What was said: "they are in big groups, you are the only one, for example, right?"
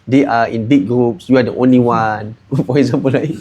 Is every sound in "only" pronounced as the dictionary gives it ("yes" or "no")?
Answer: yes